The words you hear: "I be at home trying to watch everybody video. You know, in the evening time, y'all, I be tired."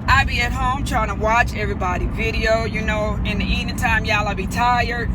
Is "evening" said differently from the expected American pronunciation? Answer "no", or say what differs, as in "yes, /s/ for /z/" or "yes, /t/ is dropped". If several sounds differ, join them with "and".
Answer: yes, /v/ is dropped